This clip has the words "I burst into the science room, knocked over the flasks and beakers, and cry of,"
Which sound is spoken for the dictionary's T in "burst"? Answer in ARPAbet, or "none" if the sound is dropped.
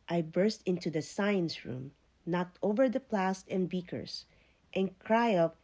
T